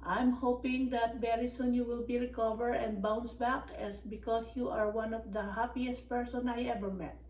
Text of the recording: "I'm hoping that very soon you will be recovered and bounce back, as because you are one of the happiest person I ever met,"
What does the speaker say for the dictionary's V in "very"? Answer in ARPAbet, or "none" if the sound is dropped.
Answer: B